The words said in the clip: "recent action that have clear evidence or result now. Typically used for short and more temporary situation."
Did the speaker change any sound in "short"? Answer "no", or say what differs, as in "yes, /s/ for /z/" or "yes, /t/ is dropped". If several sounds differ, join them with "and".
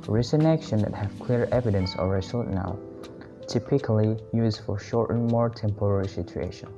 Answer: no